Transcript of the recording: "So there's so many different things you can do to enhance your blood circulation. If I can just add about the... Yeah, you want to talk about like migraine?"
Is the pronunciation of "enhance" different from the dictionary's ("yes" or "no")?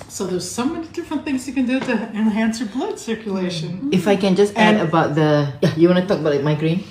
no